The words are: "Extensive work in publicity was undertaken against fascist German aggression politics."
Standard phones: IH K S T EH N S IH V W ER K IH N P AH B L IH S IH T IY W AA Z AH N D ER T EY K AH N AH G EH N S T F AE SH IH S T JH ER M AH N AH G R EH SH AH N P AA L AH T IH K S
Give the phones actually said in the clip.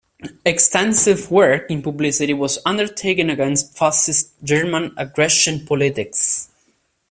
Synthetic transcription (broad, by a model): IH K S T EH N S IH V W ER K IH N P AH B L IH S IH T IY W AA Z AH N D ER T EY K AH N AH G EH N S T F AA S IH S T JH ER M AH N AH G R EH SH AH N P AA L AH T IH K S